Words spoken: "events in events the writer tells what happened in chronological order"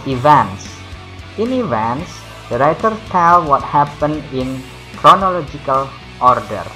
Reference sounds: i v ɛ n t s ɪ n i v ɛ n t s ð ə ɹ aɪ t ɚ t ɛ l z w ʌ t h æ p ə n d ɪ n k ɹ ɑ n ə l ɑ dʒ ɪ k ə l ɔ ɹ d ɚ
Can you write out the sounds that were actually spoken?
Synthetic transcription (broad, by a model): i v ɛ n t s ɪ n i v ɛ n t s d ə ɹ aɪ t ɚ t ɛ l w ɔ t h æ p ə n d ɪ n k ɹ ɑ n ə l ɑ dʒ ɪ k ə l ɔ ɹ d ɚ